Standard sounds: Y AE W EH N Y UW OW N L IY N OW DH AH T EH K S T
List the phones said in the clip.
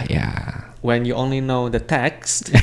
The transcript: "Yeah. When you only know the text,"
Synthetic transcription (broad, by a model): Y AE W EH N Y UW OW N L IY N OW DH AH T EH K S T